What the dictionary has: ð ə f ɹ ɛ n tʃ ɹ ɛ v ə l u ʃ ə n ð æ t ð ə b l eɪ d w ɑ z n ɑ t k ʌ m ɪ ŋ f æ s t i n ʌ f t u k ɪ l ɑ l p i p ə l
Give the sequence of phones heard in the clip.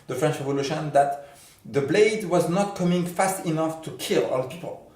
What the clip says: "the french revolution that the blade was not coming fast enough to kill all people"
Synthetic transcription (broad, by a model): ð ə f ɹ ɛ n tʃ ɹ ɛ v ə l u ʃ ə n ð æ t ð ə b l eɪ d w ɑ z n ɑ t k ʌ m ɪ ŋ f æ s t i n ʌ f t u k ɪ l ɑ l p i p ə l